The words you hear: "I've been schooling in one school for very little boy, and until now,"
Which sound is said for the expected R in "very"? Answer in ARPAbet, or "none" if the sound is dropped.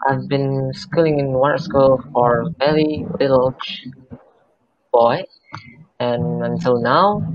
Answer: L